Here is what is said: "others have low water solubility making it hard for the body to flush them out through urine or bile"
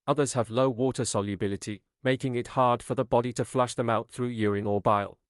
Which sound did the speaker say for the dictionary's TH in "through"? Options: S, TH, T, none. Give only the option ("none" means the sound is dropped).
TH